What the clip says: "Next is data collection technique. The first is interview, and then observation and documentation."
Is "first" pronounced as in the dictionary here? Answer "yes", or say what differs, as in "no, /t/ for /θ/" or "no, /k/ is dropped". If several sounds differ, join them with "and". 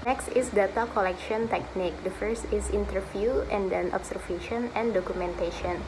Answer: yes